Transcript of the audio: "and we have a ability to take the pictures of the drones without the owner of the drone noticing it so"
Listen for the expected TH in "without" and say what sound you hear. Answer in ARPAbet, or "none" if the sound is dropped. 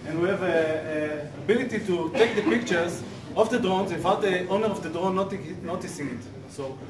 F